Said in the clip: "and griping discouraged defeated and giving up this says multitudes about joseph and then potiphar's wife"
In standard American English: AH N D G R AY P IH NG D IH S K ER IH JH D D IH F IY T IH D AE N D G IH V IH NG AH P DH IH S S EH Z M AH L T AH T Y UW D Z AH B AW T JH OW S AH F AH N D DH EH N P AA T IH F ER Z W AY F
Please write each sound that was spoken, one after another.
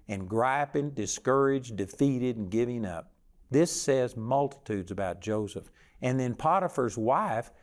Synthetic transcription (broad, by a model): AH N G R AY P IH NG D IH S K ER IH JH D D IH F IY T IH D N G IH V IH NG AH P DH IH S S EH Z M AH L T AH T UW D Z AH B AW T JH OW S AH F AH N DH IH N P AA T IH F ER Z W AY F